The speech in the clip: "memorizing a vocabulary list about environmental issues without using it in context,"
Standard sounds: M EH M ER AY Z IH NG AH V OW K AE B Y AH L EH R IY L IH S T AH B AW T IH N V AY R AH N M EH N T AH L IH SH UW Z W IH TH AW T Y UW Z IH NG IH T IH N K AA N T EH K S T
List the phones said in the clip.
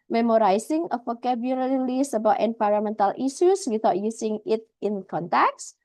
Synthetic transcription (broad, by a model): M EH M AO AY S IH NG AH F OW K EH B Y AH L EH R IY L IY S AH B AW T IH N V AY R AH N M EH N T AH L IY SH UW S W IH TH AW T Y UW S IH NG IH T IH N K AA N T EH K S